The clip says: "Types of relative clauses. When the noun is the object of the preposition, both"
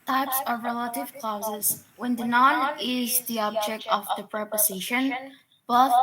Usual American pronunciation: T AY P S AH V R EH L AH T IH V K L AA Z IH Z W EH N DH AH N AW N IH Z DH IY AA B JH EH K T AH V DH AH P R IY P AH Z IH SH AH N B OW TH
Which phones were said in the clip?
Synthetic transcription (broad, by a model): T AY P S AH V R EH L AH T IH V K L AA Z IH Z W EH N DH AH N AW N IH Z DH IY AA B JH EH K T AH V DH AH P R IY P AH Z IH SH AH N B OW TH